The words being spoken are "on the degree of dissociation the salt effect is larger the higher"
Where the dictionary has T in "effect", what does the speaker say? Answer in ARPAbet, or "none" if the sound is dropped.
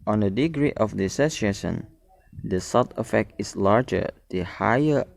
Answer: T